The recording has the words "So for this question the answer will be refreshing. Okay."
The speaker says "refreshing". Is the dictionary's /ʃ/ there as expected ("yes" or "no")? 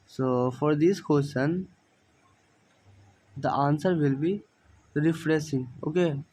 no